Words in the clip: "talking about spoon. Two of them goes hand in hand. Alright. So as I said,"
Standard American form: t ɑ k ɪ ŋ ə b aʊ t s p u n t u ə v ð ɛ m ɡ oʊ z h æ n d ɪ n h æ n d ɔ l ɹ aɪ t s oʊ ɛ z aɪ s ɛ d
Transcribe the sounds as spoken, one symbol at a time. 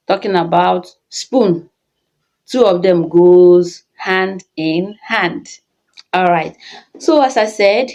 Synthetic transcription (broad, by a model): t ɑ k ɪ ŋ ə b aʊ t s p u n t u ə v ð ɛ m ɡ oʊ z h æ n d ɪ n h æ n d ɔ l ɹ aɪ t s oʊ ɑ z aɪ s ɛ d